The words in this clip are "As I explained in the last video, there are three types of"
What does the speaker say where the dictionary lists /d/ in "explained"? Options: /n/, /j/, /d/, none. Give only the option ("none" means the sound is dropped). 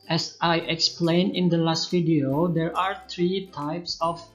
none